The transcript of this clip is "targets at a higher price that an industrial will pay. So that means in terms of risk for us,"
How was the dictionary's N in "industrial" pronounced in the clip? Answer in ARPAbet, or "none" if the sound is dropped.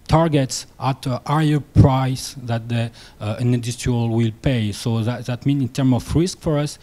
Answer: none